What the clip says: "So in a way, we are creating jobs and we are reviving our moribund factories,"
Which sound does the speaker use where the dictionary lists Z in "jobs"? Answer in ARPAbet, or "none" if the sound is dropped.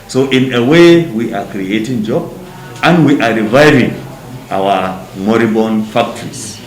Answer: none